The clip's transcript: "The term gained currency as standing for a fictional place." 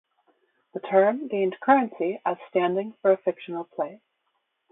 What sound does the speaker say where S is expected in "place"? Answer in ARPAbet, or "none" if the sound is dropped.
none